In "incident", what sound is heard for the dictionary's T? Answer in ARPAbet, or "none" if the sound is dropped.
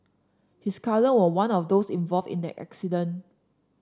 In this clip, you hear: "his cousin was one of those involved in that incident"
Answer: none